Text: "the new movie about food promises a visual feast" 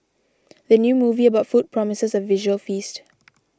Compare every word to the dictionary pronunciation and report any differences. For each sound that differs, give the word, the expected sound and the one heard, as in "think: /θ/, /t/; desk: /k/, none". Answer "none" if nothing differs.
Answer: none